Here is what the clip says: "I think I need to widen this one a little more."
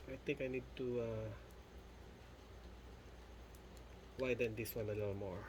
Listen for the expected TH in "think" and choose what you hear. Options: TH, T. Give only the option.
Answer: T